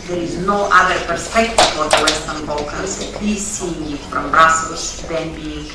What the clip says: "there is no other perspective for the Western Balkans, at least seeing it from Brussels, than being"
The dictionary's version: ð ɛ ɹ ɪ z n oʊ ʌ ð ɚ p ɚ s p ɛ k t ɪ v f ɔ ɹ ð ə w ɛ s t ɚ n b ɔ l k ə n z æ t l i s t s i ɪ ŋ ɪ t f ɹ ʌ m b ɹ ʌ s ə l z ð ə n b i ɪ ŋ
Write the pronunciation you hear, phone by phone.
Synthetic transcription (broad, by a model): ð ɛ ɹ ɪ z n oʊ ʌ ð ɚ p ɚ s p ɛ k t ɪ v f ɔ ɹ ð ə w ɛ s t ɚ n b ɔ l k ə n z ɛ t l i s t s i ɪ ŋ ɪ t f ɹ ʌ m b ɹ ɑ s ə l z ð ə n b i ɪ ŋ